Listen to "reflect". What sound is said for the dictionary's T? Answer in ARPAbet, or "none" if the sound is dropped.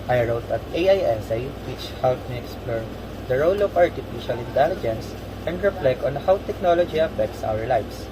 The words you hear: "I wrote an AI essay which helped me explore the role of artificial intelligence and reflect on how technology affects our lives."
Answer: none